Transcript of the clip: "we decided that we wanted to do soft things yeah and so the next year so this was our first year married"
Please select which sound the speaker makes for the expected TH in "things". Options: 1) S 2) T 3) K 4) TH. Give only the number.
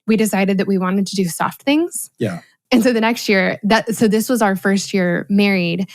4